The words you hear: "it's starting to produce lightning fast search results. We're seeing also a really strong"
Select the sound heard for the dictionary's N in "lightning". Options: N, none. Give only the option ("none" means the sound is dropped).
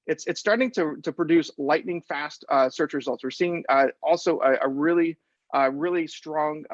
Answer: N